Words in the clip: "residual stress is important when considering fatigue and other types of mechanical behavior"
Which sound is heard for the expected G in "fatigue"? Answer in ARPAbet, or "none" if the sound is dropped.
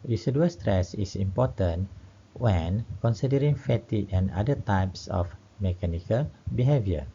none